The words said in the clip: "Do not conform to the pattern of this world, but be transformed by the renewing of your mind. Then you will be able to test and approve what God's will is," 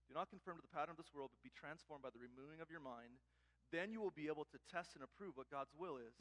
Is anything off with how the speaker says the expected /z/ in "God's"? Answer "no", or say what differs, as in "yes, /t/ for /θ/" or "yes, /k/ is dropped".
no